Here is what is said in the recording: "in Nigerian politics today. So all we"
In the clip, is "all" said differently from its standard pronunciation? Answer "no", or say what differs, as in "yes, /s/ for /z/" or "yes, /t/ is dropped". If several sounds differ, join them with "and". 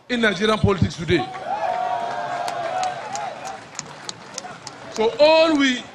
no